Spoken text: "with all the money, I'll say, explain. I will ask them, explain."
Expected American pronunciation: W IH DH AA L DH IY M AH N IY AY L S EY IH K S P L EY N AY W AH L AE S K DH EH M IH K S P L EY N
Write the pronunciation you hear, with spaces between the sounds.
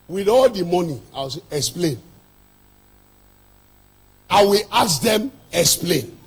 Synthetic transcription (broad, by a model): W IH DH AA L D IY M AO N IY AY W S EY IH K S P L EY N AY W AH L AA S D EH M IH K S P L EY N